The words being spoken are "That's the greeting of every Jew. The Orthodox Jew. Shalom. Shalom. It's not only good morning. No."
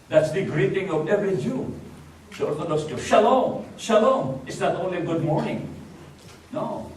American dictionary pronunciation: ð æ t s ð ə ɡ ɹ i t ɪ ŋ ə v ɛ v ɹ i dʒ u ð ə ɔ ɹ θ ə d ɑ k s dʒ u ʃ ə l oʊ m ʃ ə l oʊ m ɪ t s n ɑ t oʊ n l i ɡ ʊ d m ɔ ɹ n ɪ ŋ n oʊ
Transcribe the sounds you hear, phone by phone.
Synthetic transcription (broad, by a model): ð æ t s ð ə ɡ ɹ i t ɪ ŋ ə v ɛ v ɹ i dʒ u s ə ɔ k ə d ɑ s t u ʃ ə l oʊ m ʃ ə l oʊ m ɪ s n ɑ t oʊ n l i ɡ ʊ d m ɔ ɹ n ɪ ŋ n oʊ